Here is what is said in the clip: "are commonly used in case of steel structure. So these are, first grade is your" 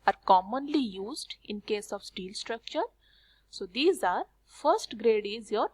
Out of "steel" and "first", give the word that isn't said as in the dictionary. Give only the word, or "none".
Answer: none